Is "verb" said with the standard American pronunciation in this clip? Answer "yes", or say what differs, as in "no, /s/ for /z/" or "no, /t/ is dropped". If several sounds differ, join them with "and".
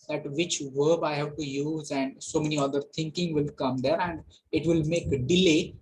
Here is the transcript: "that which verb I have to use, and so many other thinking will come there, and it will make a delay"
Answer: yes